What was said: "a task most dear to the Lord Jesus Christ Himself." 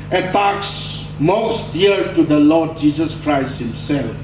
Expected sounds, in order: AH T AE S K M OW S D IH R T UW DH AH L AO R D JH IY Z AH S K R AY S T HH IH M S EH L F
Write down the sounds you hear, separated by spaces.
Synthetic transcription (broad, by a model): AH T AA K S M OW S D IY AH T UW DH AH L AO D JH IY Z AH S K R AY S T HH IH M S EH L F